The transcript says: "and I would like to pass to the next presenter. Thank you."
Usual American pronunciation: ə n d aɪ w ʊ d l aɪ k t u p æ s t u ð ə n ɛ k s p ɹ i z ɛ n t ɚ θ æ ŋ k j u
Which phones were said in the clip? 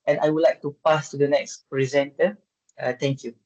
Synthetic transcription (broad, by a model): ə n aɪ w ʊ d l aɪ k t u p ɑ s t u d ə n ɛ k s p ɹ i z ɛ n t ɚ t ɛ ŋ k j u